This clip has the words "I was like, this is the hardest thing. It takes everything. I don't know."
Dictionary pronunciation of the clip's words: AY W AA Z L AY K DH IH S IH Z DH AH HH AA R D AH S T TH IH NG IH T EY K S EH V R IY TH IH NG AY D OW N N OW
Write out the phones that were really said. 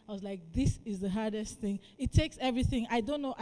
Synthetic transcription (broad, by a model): AY W AA Z L AY K DH IH S IH Z DH AH HH AA R D AH S T TH IH NG IH T EY K S EH V R IY TH IH NG AY D OW N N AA